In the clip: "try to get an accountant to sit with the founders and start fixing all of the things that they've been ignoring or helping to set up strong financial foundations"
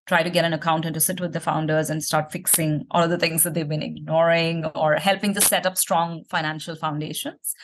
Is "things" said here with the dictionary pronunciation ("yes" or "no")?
no